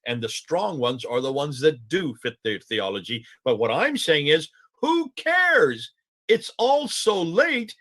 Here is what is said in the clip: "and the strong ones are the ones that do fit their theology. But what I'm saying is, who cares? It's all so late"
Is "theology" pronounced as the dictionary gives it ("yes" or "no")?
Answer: yes